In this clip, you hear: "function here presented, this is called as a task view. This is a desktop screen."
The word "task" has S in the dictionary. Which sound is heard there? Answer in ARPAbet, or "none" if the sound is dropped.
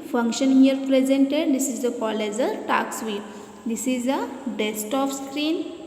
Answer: none